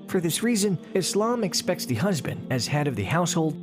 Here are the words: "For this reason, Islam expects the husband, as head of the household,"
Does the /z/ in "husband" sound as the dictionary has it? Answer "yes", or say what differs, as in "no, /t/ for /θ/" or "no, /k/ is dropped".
yes